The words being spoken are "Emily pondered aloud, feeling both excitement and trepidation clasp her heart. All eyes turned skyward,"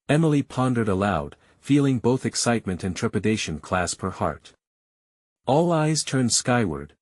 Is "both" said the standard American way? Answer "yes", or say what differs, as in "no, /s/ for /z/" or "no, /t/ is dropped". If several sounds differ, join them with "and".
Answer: yes